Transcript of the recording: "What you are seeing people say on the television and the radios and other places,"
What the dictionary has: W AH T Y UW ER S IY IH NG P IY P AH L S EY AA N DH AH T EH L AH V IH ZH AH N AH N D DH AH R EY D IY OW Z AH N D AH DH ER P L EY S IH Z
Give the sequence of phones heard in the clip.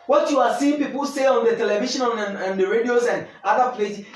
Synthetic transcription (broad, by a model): W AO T Y UW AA S IY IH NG P IY P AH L S EY AA N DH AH T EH L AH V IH SH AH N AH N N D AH R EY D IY OW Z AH N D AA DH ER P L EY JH